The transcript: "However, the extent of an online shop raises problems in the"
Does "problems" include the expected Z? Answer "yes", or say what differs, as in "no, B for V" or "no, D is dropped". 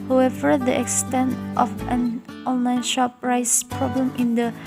no, Z is dropped